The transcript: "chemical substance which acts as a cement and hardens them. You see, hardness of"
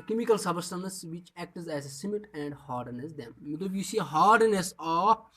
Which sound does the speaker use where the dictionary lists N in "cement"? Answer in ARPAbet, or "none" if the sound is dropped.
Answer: none